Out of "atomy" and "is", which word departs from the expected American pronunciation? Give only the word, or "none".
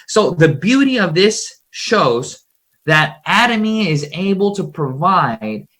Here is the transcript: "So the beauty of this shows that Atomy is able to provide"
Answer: none